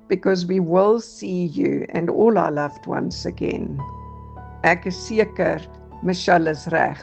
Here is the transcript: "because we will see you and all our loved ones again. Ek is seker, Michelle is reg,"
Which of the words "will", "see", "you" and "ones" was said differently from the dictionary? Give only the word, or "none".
ones